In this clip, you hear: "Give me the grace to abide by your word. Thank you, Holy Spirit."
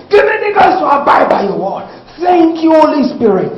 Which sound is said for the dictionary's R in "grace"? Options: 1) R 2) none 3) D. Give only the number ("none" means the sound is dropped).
2